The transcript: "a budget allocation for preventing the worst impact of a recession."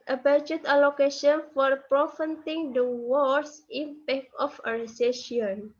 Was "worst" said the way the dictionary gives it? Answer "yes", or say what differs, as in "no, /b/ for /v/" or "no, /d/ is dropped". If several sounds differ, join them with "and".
no, /t/ is dropped